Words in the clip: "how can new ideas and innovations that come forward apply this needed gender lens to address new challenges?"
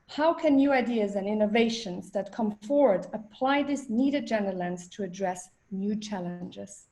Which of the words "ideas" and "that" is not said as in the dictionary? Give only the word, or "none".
none